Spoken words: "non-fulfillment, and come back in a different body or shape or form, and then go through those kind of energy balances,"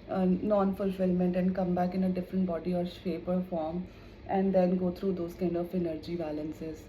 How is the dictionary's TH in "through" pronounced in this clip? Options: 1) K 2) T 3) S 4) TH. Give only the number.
2